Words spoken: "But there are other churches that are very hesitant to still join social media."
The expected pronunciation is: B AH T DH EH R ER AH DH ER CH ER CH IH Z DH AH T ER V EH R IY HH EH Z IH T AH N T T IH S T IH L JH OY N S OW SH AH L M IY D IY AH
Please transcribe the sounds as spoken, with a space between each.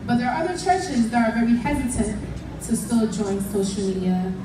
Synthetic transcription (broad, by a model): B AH T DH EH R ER AH DH ER CH ER CH IH Z DH AH T ER V EH R IY HH EH Z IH T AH N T T IH S T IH L JH OY N S OW SH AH L M IY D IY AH